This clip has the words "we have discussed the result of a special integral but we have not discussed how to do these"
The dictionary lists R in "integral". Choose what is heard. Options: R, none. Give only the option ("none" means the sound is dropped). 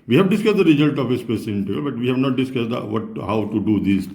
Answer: none